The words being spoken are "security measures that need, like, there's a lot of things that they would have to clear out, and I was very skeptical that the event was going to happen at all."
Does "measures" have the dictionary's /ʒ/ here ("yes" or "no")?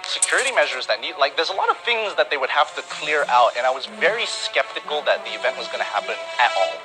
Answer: yes